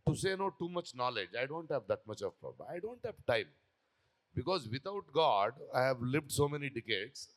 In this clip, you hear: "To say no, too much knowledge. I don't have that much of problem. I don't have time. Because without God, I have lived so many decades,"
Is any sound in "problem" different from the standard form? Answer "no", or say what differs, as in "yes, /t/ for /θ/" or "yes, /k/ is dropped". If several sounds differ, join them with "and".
yes, /l/ is dropped and /m/ is dropped